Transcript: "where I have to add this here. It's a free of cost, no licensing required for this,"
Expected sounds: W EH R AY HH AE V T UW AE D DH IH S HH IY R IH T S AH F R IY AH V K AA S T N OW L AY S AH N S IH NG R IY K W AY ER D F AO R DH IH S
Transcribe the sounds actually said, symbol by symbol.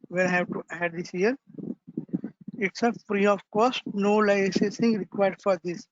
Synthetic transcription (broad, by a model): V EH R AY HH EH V T UW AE D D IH S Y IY R IH T S AH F R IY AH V K AA S T N OW L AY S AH S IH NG R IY K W AY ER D F AO R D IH S